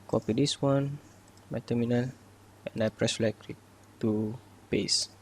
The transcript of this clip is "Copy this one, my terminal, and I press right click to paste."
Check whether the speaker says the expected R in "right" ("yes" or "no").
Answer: no